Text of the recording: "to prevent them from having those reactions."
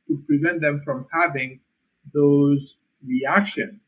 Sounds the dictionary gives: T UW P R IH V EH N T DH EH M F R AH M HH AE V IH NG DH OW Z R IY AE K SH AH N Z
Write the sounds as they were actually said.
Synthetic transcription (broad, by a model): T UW P R IH V EH N T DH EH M F R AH M HH AE V IH NG DH OW Z R IY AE K SH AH N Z